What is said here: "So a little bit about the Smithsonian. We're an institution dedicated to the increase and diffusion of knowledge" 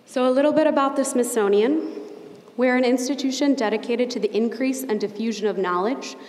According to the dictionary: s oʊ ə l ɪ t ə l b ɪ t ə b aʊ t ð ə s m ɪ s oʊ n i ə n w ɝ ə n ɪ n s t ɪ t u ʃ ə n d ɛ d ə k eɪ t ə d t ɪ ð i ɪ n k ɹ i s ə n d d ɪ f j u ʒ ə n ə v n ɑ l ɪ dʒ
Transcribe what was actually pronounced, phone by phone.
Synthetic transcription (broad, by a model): s oʊ ə l ɪ t l b ɪ t ə b aʊ t ð ə s m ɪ s oʊ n i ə n w ɝ ə n ɪ n s t ɪ t u ʃ ə n d ɛ d ə k eɪ t ə d t ɪ ð i ɪ n k ɹ i s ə n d d ɪ f j u ʒ ə n ə v n ɑ l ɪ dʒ